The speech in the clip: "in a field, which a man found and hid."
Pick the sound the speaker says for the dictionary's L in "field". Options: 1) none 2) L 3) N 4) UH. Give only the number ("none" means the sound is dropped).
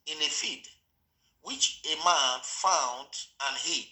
1